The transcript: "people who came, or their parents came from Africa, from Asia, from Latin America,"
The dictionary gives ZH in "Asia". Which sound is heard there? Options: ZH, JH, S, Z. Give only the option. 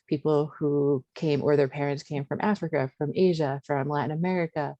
ZH